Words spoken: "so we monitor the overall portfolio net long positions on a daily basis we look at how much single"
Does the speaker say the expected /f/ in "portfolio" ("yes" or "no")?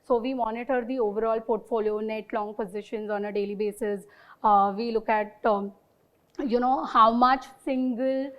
yes